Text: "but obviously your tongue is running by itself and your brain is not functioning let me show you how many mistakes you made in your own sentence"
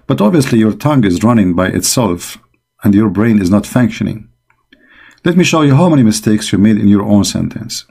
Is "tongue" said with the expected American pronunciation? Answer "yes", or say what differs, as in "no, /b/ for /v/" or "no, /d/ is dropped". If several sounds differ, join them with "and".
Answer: yes